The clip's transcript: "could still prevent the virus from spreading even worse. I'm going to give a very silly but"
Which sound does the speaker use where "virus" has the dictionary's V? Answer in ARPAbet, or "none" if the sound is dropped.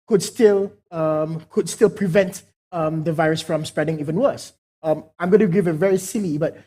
V